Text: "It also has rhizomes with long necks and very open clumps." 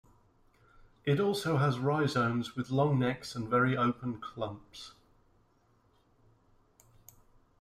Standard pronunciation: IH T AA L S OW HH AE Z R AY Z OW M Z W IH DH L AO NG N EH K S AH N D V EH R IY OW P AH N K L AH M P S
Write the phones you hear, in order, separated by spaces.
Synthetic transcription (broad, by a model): IH T AA L S OW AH Z R AY Z OW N Z W IH DH L AO NG N EH K S AH N V EH R IY OW P AH N K L AH M P S